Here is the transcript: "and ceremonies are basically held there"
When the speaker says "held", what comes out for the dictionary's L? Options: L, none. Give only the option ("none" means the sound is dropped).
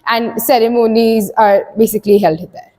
L